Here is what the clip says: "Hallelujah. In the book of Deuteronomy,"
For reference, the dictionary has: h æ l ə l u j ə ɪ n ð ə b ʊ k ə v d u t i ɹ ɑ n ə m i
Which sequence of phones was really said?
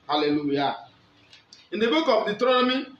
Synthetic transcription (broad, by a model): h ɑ l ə l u j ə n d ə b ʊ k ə p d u t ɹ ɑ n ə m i